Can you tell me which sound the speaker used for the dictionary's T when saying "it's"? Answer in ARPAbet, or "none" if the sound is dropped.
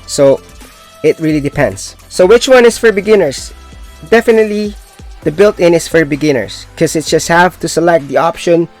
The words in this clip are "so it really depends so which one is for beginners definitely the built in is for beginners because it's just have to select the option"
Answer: T